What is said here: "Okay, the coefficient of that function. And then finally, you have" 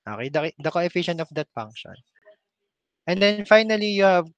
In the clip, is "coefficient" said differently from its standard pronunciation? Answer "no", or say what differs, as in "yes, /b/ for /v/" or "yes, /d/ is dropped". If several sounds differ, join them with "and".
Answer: no